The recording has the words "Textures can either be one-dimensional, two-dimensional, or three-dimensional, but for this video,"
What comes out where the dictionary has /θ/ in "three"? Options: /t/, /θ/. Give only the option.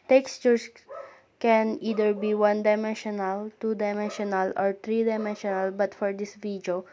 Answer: /t/